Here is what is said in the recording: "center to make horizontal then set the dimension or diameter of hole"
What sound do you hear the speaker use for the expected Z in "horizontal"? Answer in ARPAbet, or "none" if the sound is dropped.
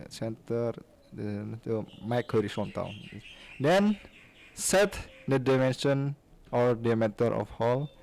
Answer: S